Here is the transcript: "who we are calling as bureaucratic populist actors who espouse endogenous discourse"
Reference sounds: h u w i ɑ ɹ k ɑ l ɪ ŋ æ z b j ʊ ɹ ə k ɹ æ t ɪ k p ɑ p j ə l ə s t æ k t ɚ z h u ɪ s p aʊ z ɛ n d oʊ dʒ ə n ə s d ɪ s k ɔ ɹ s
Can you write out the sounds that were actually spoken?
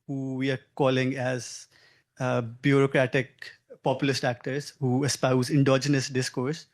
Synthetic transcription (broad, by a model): h u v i ɑ ɹ k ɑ l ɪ ŋ æ z b j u ɹ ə k ɹ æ t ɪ k p ɑ p j ə l ə s t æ k t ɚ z h u ɪ s p aʊ z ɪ n d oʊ dʒ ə n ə s d ɪ s k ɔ ɹ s